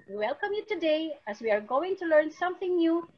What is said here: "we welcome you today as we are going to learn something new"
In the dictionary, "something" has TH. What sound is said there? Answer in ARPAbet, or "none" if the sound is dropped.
TH